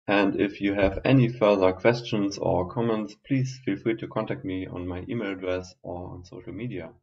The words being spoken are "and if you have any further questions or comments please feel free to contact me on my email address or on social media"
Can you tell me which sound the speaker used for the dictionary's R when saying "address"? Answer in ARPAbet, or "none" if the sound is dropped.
R